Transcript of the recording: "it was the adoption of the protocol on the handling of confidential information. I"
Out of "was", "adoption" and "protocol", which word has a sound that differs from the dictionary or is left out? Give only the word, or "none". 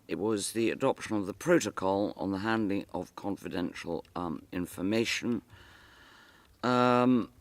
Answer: none